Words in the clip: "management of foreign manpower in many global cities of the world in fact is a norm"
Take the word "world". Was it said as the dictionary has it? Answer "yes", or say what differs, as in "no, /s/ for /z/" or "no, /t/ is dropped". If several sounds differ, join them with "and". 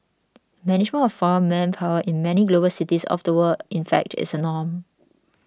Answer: no, /l/ is dropped